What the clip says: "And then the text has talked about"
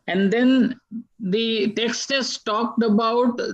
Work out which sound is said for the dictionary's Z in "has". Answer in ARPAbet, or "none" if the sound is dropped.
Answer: S